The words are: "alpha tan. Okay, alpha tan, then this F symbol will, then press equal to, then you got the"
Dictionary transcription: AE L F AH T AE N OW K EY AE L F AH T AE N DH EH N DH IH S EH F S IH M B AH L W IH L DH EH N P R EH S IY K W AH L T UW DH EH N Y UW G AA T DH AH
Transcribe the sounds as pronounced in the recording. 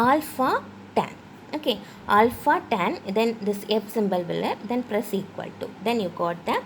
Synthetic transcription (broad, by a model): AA L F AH T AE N OW K EY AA L F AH T AE N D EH N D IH S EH P S IH M B AH L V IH L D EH N P R EH S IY K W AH L T UW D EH N Y UW G AA T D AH